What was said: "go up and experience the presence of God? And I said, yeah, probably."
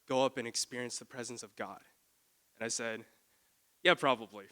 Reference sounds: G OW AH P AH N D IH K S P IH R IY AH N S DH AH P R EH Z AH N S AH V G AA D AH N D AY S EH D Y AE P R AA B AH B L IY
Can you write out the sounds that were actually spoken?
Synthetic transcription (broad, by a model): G OW AH P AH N IH K S P IH R IY AH N S DH AH P R EH Z AH N S AH V G AA D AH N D AY S EH D Y AE P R AA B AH B L IY